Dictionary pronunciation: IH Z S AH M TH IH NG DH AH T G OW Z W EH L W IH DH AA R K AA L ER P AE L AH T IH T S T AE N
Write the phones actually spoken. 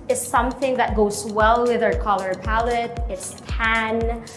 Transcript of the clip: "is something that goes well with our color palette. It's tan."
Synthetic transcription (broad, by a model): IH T S AH M TH IH NG DH AH T G OW Z W EH L W IH DH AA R K AA L ER P AE L AH T IH T S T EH N